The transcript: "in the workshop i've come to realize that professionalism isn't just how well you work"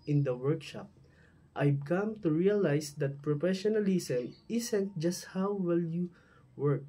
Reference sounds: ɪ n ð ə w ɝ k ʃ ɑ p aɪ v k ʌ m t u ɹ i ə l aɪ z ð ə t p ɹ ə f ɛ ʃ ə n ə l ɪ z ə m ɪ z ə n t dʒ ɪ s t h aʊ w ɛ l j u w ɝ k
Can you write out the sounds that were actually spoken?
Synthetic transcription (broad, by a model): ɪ n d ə w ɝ k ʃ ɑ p aɪ b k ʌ m t u ɹ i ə l aɪ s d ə t p ɹ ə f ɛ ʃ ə n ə l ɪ s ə m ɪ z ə n t dʒ ɪ s t h aʊ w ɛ l j u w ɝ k